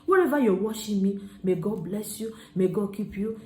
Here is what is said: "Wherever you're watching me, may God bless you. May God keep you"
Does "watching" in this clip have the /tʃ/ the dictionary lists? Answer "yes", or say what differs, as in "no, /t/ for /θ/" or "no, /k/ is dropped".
no, /ʃ/ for /tʃ/